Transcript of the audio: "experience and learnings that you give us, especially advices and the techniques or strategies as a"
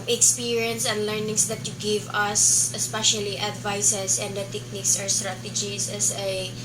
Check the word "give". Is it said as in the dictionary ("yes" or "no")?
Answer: yes